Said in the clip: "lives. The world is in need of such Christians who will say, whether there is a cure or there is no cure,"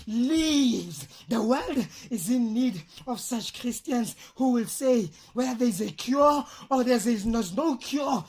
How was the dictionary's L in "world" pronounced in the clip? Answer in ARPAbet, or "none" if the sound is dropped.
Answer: L